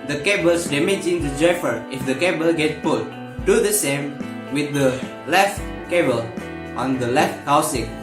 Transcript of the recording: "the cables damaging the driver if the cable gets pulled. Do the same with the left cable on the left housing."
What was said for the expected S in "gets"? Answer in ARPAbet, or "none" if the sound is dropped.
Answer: none